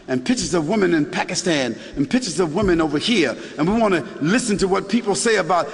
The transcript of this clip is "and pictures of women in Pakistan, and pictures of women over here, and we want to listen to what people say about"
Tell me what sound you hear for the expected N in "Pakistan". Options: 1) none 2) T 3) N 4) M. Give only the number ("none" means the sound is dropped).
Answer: 3